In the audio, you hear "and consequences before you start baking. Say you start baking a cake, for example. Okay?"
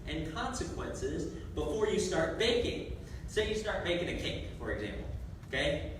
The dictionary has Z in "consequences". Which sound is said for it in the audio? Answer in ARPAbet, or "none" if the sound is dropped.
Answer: Z